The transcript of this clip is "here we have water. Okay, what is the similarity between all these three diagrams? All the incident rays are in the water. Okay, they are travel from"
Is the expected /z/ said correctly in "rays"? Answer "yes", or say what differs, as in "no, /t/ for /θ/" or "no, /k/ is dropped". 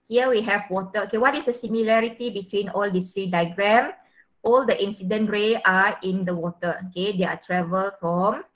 no, /z/ is dropped